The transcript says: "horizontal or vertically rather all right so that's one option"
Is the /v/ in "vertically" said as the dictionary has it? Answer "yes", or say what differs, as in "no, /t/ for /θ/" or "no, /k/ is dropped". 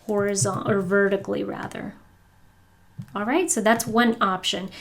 yes